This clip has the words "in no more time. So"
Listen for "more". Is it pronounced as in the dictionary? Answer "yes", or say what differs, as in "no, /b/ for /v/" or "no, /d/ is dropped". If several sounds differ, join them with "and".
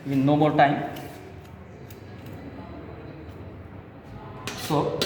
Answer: no, /l/ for /ɹ/